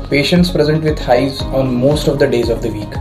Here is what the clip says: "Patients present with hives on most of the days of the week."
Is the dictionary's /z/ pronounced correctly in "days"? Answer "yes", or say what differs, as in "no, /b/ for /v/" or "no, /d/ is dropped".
yes